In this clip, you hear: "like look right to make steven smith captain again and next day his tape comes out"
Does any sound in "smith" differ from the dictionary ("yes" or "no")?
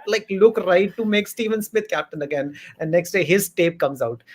yes